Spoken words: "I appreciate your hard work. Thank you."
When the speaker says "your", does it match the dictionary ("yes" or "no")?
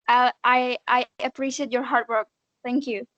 yes